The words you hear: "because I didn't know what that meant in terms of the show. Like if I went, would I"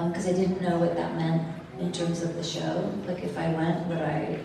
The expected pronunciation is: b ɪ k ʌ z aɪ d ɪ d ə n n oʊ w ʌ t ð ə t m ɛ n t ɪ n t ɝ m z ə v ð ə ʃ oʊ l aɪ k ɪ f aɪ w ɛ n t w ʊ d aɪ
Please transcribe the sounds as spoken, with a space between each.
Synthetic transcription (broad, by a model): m k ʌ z aɪ d ɪ d n n oʊ w ʌ t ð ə t m ɛ n t ɪ n t ɝ m z ə v ð ə ʃ oʊ l aɪ k ɪ f aɪ w ɛ n t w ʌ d aɪ